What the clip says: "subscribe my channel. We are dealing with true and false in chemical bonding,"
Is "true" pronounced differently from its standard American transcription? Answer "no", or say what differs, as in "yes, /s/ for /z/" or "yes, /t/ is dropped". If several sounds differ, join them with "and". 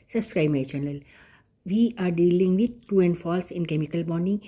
yes, /ɹ/ is dropped